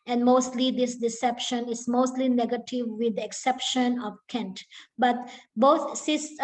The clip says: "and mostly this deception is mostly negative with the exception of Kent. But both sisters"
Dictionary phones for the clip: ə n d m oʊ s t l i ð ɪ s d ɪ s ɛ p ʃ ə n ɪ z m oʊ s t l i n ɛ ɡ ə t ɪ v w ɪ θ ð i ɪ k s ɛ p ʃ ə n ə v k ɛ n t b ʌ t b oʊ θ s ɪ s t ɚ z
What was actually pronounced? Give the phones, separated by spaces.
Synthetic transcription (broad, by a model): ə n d m oʊ s t l i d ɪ s d ɪ s ɛ p ʃ ə n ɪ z m oʊ s t l i n ɛ ɡ ə t ɪ v w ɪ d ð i ɪ k s ɛ p ʃ ə n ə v k ɛ n t b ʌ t b oʊ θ s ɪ s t